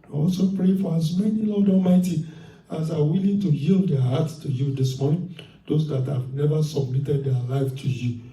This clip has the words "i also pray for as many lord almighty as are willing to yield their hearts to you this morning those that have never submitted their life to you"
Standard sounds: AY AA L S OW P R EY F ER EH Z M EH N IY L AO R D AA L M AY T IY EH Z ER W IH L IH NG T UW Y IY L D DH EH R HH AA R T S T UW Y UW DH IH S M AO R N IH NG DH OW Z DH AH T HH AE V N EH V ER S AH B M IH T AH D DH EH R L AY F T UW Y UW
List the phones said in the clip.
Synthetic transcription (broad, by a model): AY AA L S OW P R EY F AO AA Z M EH N IY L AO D AA L M AY T IY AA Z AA W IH L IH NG T UW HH IY L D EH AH HH AA T S T UW Y UW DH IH S M AO R N IH NG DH OW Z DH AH T HH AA V N EH V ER S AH B M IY T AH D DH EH L AY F T UW Y UW